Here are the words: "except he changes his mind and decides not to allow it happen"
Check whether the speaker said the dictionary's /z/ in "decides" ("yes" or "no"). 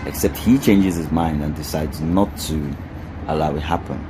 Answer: yes